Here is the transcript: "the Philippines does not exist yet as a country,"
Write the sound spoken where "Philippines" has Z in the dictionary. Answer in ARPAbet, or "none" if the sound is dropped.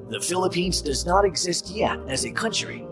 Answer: Z